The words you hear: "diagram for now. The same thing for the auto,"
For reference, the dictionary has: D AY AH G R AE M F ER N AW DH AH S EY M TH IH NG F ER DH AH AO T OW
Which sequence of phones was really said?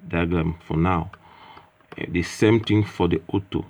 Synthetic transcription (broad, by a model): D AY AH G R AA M F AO N AW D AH S EY M T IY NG F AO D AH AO T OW